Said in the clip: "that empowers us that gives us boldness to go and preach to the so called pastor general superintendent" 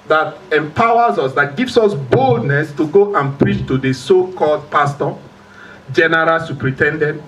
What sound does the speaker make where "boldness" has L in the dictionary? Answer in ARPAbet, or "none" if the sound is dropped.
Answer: L